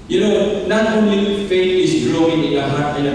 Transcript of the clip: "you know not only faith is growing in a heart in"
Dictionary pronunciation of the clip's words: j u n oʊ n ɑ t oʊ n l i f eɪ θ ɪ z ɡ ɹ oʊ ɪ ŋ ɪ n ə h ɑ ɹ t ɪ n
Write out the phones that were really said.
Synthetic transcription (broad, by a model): j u n oʊ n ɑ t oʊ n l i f eɪ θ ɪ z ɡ l oʊ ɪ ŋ ɪ n ə h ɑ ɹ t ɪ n